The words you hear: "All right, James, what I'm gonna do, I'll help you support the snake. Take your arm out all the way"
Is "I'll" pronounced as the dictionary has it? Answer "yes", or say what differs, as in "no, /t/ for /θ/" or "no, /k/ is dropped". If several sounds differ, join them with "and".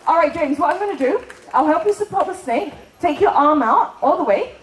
yes